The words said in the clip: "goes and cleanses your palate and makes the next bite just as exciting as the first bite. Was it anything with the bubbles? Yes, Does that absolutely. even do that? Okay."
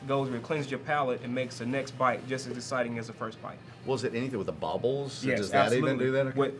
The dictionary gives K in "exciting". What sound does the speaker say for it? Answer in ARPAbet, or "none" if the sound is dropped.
none